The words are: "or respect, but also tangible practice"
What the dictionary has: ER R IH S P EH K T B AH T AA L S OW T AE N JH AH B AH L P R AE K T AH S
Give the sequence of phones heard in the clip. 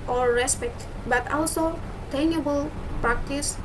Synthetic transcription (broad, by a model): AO R IH S P EH K T B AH T AA L S OW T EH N AH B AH L P R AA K T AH S